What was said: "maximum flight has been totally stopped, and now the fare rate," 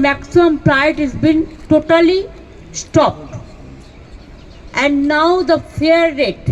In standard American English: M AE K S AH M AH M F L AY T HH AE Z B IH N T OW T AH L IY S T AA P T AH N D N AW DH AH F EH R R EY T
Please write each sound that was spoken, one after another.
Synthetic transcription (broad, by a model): M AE K S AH M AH M P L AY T HH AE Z B IH N T OW T AH L IY S T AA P T AH N D N AW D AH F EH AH R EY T